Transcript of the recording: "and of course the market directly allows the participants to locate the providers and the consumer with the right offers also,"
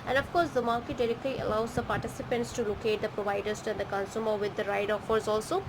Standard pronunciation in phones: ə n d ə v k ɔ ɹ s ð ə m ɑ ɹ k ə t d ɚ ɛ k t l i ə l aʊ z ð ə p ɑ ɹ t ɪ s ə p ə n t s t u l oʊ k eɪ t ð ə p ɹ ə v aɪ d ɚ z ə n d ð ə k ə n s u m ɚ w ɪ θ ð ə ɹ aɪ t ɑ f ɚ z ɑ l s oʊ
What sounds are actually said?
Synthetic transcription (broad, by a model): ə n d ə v k ɔ ɹ s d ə m ɑ ɹ k ə t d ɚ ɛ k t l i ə l aʊ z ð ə p ɑ ɹ t ɪ s ə p ə n t s t u l oʊ k eɪ t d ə p ɹ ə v aɪ d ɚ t ə n d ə k ə n s u m ɚ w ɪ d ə ɹ aɪ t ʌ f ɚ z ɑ l s oʊ